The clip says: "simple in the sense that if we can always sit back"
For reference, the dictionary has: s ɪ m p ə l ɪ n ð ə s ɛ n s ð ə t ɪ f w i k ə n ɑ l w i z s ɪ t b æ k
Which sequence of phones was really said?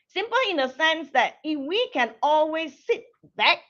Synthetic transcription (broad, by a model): s ɪ m p l ɪ n ð ə s ɛ n s ð ə t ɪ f w i k ə n ɑ l w i z s ɪ t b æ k